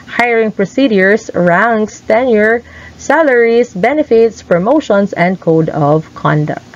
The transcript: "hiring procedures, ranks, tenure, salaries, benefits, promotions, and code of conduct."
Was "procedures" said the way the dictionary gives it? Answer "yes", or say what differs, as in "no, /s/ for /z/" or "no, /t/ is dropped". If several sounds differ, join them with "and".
no, /s/ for /z/